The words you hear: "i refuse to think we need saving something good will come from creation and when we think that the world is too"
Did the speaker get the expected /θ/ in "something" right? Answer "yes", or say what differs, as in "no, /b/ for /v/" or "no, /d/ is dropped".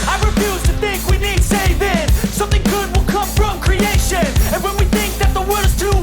yes